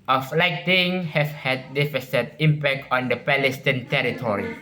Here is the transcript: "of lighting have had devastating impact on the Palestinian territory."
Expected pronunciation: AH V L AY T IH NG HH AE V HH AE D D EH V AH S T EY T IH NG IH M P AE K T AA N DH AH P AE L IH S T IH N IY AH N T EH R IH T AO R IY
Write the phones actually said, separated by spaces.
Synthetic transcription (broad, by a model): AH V L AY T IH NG HH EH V HH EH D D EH F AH S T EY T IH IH M P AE K T AA N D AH P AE L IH S T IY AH N T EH R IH T AO R IY